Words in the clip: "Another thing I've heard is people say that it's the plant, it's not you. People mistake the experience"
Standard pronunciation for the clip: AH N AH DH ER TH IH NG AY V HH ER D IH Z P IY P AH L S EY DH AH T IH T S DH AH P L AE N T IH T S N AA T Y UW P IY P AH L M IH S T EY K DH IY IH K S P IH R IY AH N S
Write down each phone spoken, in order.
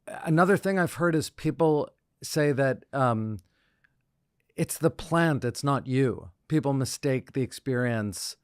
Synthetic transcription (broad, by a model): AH N AH DH ER TH IH NG AY V HH ER D IH Z P IY P L S EY DH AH T IH T S DH AH P L AE N T IH T S N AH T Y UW P IY P L M IH S T EY K DH IY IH K S P IH R IY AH N S